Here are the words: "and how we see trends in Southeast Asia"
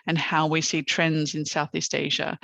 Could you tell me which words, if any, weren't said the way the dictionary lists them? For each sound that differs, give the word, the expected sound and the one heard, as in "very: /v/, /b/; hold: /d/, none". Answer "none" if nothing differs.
none